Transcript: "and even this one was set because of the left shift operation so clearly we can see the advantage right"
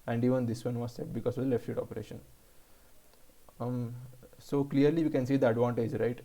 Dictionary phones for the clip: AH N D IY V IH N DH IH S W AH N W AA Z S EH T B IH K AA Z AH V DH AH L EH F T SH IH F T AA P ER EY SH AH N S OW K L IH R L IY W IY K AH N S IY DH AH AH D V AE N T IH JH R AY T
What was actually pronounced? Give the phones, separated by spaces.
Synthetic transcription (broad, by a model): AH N D IY V IH N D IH S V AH N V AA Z S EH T B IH K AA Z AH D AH L EH F T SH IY T AA P ER EY SH AH N S OW K L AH R L IY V IY K AH N S IY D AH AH D V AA N T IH JH R AY T